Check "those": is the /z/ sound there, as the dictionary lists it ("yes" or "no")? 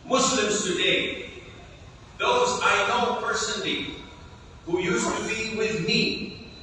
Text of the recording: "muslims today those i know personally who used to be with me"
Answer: yes